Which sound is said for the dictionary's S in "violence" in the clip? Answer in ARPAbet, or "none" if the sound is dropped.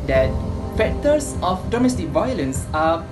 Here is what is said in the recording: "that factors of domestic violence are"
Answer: S